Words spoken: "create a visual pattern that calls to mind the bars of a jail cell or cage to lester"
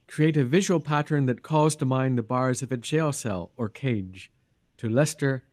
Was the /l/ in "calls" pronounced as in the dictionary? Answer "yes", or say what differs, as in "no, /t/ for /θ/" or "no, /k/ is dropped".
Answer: no, /l/ is dropped